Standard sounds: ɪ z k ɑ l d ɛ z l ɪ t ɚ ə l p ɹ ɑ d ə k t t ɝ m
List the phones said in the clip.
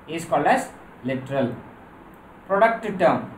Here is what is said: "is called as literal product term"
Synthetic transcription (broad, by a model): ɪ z k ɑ l ʌ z l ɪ t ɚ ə l p ɹ ɑ d ə k t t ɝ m